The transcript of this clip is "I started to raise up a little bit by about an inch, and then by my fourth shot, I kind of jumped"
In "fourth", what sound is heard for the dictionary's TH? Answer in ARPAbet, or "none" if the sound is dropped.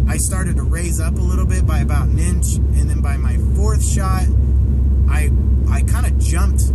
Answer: TH